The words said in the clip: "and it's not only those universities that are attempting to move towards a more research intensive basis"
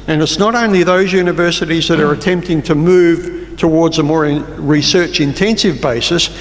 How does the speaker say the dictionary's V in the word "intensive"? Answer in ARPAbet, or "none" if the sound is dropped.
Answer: V